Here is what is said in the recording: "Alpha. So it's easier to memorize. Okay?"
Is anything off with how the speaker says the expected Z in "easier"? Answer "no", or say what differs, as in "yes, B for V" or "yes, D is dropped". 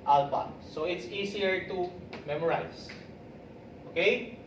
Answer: yes, S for Z